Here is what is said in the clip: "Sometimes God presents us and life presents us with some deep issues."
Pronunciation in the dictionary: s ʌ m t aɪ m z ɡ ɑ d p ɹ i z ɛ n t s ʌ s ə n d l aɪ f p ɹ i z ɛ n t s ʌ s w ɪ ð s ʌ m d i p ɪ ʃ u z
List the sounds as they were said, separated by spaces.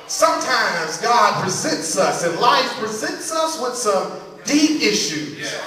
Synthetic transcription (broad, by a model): s ʌ m t aɪ m z ɡ ɑ d p ɹ i z ɛ n t s ʌ s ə n l aɪ f p ɹ i z ɛ n t s ʌ s w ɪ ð s ʌ m d i p ɪ ʃ u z